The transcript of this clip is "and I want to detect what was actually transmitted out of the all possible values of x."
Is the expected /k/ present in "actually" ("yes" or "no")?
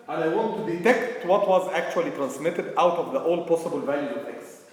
yes